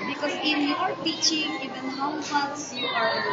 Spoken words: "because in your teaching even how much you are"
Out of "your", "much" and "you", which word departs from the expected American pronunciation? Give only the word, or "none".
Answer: much